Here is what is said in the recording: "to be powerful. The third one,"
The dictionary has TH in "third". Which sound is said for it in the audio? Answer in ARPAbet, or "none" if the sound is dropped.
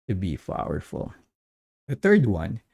TH